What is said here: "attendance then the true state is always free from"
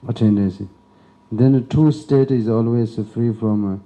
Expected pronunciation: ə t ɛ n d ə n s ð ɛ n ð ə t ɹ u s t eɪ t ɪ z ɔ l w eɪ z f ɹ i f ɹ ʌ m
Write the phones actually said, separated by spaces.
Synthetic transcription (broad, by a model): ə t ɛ n d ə n s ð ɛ n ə t u s t eɪ t ɪ z ɔ l w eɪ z f ɹ i f ɹ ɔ m